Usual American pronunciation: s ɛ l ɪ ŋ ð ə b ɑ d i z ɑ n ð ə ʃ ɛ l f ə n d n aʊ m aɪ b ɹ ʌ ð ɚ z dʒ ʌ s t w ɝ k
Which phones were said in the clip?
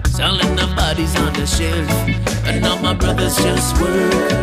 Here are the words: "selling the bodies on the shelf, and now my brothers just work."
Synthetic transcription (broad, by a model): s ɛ l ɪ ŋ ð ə b ɑ d i z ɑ n ð ə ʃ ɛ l ə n n aʊ m aɪ b ɹ ʌ ð ɚ z dʒ ʌ s t w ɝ